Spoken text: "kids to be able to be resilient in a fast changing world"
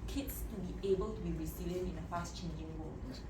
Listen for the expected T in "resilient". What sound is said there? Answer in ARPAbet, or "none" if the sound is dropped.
none